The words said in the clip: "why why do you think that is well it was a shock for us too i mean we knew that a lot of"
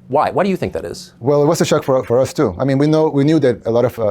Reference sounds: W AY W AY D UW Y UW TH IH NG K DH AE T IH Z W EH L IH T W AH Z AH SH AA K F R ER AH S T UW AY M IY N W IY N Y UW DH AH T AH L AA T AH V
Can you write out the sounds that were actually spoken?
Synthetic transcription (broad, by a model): W AY W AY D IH Y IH TH IH NG K DH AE T IH Z W EH L IH T W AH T AH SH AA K F R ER AH S T UW AY M IY N W IY N Y UW DH AH T AH L AA T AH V